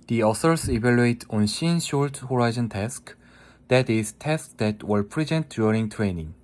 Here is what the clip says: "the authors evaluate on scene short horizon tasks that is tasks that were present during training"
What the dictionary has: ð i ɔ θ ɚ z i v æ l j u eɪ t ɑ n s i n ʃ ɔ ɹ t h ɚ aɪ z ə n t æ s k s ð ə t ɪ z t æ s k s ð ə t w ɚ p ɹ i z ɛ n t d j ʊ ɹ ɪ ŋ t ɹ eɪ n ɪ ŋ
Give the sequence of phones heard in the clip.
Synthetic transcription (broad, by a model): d i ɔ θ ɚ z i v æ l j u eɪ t ɑ n ʃ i n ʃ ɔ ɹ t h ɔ aɪ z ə n t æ s k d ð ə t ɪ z t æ s k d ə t w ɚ p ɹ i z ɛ n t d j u ɹ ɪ ŋ t ɹ eɪ n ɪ ŋ